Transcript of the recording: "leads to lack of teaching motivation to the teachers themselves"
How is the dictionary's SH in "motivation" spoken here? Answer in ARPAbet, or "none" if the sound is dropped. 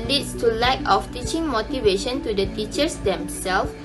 SH